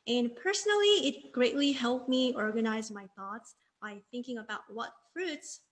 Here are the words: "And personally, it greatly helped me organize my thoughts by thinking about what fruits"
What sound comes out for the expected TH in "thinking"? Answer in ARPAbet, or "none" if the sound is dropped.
TH